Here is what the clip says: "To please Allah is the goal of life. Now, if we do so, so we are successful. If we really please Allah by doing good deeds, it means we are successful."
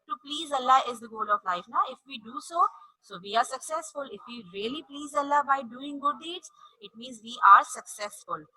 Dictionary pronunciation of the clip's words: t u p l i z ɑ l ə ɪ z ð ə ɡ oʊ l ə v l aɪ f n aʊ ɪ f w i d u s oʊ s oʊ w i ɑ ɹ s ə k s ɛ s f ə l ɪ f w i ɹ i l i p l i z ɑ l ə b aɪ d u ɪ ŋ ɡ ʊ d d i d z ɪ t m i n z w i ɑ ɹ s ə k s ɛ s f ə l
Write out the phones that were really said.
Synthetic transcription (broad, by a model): t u p l i z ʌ l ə ɪ z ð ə ɡ oʊ l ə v l aɪ f n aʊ ɪ f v i d u s oʊ s oʊ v i ɑ ɹ s ə k s ɛ s f ə l ɪ f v i ɹ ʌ l i p l i z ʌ l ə b aɪ d u ɪ ŋ ɡ ʊ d d i d z ɪ t m i n z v i ɑ ɹ s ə k s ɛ s f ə l